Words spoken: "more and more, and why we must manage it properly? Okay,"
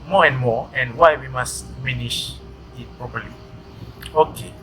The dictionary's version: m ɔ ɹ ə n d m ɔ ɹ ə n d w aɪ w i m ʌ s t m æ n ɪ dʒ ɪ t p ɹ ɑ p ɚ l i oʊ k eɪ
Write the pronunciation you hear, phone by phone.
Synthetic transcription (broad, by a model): m ɔ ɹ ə n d m ɔ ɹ ə n d w aɪ w i m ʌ s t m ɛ n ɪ ʃ ɪ t p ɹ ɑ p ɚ l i oʊ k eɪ